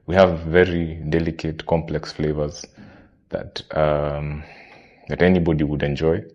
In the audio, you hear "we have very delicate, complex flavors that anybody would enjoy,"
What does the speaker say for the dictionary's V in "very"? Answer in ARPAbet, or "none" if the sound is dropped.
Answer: V